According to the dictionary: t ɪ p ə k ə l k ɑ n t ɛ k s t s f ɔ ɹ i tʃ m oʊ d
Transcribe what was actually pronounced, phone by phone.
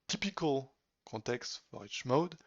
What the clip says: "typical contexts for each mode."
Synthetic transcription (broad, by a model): t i p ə k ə l k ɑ t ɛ k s s f ɔ ɹ i tʃ m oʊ d